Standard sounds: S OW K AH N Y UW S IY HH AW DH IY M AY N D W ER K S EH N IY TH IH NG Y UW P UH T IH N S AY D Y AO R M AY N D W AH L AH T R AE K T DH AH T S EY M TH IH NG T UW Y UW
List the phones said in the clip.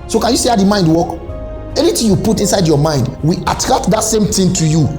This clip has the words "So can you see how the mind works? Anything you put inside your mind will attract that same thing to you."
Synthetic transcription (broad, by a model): S OW K AH N Y UW S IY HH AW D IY M AY N D W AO K EH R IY T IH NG Y UW P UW T IH N S AY D Y AO M AY N D W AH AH T R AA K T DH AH T S EY M T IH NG T UW Y UW